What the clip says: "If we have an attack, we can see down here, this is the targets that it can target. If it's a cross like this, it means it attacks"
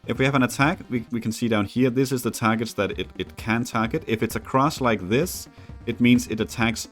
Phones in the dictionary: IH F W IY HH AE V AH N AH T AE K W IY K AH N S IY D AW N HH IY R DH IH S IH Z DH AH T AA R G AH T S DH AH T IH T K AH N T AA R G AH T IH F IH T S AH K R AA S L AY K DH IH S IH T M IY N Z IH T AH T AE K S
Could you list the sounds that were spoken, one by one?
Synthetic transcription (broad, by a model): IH F W IY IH V AH N AH T AE K W IY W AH N S IY D AW N HH IY R DH IH S IH Z DH AH T AA R G AH T S DH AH T IH T K AH N T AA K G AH T IH F IH T S AH K R AA S L AY K DH IH S IH T M IY N Z IH T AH T AE K S